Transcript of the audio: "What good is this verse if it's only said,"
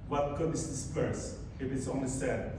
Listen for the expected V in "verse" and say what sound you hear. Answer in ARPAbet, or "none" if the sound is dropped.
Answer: P